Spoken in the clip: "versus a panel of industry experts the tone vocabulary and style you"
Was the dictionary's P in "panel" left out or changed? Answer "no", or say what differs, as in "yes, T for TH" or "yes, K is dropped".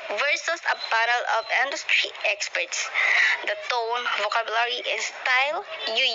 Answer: yes, B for P